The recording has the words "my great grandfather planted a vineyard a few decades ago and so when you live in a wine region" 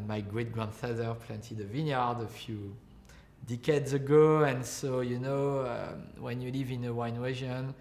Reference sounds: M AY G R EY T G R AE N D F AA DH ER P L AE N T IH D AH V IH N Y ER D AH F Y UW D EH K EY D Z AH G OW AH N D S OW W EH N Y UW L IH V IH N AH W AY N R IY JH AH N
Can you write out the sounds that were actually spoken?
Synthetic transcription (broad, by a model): M AY G R EY T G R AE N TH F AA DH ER P L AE N T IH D AH V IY N Y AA D AH F Y UW D EH K EY D Z AH G OW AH N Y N OW W EH N Y UW L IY V IH N AH W AY N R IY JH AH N